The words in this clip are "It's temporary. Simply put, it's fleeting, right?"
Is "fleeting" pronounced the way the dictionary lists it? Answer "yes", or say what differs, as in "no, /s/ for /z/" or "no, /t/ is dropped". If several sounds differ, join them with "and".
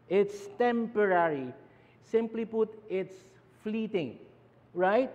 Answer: yes